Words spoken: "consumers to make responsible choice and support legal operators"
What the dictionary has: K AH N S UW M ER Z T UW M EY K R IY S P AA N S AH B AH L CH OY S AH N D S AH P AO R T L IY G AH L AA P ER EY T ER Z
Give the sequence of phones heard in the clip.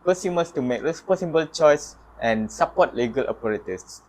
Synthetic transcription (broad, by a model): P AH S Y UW M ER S T UW M EY K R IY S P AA S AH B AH L CH OY S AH N S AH P AO T L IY G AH L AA P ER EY T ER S